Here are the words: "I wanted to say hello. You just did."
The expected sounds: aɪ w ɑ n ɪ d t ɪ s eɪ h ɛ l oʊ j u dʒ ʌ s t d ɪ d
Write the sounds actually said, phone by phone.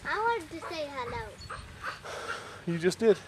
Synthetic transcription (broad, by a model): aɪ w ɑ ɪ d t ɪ s eɪ h ɛ l oʊ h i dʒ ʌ s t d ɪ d